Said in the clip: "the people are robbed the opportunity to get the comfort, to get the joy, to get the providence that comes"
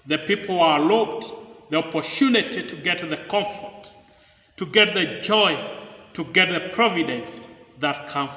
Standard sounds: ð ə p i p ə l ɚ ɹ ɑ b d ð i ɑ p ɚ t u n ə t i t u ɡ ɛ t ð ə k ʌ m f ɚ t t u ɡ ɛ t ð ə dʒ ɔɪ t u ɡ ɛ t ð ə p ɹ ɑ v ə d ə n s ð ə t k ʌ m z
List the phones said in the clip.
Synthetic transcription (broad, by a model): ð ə p i p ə l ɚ l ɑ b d ð i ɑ p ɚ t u n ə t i t u ɡ ɛ t ð ə k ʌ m f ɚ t t u ɡ ɛ t ð ə dʒ ɔɪ t u ɡ ɛ t ð ə p ɹ ɑ v ə d ə n s ð ə t k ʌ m